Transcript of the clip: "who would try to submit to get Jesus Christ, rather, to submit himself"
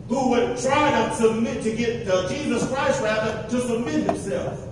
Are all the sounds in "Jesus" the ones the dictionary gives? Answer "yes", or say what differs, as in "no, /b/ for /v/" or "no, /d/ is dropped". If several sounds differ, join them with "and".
yes